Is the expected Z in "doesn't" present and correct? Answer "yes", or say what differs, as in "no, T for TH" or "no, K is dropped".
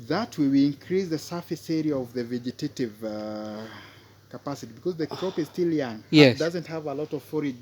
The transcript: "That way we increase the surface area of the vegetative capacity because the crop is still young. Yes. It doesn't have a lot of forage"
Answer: yes